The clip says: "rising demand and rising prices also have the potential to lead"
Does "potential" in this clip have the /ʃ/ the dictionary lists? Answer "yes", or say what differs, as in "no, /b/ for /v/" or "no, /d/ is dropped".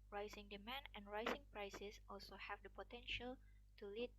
yes